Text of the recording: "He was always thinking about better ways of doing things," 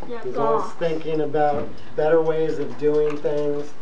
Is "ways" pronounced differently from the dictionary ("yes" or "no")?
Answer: no